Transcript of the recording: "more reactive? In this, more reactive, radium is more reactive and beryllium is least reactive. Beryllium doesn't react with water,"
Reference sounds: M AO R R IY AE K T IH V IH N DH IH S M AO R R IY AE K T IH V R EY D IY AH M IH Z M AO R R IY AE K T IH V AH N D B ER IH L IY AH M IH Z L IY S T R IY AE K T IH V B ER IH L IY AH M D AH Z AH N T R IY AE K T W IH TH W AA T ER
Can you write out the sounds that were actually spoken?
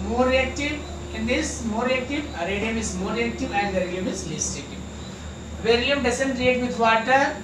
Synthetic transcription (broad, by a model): M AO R R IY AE K T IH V IH N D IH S M AO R R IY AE K T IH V R EY D IY AH M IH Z M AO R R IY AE K T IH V AH N D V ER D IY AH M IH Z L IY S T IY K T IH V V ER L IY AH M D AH S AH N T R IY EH T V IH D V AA T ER